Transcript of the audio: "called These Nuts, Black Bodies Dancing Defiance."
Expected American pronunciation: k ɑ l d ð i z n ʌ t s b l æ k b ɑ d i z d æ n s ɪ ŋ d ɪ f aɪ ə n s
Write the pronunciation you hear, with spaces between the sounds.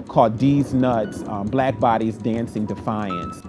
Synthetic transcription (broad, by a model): k ɑ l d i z n ʌ t s b l æ k b ɑ d i z d æ n s ɪ ŋ d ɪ f aɪ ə n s